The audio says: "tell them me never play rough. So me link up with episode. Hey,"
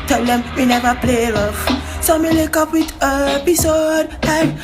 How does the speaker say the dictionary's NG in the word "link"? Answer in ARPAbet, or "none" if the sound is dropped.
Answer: none